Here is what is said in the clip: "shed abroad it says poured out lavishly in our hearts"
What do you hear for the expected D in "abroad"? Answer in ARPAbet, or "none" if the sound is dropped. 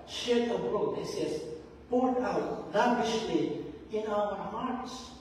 none